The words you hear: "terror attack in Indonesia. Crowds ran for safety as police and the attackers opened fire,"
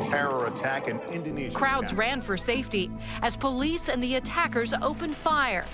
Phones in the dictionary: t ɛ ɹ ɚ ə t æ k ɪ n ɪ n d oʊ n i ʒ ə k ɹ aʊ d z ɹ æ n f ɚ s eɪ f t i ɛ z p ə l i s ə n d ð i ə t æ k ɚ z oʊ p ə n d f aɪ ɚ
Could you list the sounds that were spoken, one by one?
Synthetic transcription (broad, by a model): t ɛ ɹ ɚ ə t æ k ɪ n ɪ n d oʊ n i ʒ k ɹ aʊ d z ɹ æ n f ɚ s eɪ f t i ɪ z p ə l i s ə n ð i ə t æ k ɚ z oʊ p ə n f aɪ ɚ